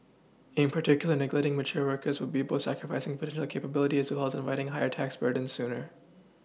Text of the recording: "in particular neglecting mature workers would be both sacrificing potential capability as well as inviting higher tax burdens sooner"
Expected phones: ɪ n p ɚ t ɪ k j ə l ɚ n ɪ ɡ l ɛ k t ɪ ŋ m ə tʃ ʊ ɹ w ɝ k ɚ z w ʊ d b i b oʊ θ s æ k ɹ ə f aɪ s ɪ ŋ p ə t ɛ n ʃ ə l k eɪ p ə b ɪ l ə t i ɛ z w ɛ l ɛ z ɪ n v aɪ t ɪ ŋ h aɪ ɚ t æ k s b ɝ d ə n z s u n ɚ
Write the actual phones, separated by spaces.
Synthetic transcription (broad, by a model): ɪ n p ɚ t ɪ k j l ɚ n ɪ ɡ l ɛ t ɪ ŋ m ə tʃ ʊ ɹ w ɝ k ɚ z w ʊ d b i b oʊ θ s æ k ɹ ə f aɪ s ɪ ŋ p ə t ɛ n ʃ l k eɪ p ə b ɪ l ə t i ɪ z w ɛ l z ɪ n v aɪ t ɪ ŋ h aɪ ɚ t æ k s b ɝ d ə n s u n ɚ